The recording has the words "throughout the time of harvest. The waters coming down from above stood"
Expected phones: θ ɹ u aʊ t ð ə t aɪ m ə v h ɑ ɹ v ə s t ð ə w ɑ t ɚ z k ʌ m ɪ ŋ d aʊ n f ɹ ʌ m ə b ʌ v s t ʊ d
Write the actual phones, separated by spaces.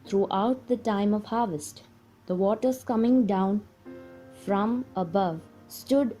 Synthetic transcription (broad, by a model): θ ɹ u aʊ t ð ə t aɪ m ə v h ɑ ɹ v ə s t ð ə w ɑ t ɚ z k ʌ m ɪ ŋ d aʊ n f ɹ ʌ m ə b ʌ v s t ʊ d